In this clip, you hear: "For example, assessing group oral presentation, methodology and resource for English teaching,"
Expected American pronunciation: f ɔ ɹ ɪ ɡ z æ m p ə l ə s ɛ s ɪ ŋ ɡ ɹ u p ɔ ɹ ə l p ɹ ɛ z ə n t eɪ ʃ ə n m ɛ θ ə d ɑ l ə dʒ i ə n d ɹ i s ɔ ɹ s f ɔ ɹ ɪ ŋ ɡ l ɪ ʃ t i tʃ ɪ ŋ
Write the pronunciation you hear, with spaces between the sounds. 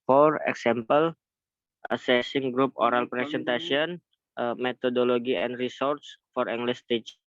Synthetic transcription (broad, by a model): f ɔ ɹ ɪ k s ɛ m p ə l ə s ɛ s ɪ ŋ ɡ ɹ u p ɔ ɹ ə l p ɹ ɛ s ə n t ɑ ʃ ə n m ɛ t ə d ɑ l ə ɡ i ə n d ɹ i s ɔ ɹ s f ɔ ɹ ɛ ŋ ɡ l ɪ s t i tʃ